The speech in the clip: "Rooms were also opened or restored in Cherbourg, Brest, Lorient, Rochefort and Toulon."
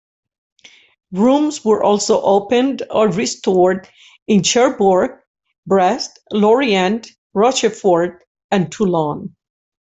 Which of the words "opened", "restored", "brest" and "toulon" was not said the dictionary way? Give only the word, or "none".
none